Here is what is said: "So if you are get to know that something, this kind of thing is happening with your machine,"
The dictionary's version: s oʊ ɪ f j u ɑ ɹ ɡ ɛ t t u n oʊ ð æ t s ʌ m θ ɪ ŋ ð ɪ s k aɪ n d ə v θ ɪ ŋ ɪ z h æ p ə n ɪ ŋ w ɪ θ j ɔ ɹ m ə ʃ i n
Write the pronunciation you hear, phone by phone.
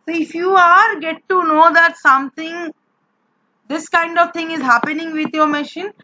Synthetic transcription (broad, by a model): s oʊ ɪ f j u ɑ ɹ ɡ ɛ t t u n oʊ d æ t s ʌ m t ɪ ŋ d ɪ s k aɪ n d ə v t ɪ ŋ ɪ z h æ p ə n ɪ ŋ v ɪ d j ɔ ɹ m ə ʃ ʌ n